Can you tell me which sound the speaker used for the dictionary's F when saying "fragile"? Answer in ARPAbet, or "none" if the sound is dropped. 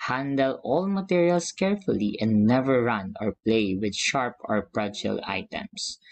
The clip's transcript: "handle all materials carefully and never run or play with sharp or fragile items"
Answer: P